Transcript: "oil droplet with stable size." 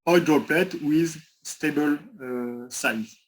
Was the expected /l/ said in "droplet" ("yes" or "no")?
yes